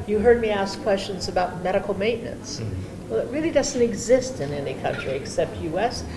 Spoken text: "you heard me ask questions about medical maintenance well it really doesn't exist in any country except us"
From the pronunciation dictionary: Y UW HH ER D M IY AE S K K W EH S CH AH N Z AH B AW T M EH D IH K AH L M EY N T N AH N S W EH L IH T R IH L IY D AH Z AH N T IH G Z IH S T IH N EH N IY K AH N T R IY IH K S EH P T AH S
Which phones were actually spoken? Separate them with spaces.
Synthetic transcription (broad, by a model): Y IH HH ER D M IY AE S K K W EH S CH AH N Z AH B AW T M EH D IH K L M EY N N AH N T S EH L IH T R IH L IY D AH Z N T IH G Z IH S T IH N EH N IY K AH N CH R IY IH K S EH P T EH S